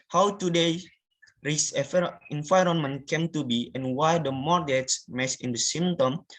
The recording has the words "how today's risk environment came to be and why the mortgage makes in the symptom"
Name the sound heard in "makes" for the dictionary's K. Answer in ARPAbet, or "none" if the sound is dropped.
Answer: none